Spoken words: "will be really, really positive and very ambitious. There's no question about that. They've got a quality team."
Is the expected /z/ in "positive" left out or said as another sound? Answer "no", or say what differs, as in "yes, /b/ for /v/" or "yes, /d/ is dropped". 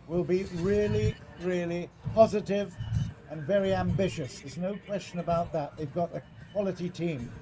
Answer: no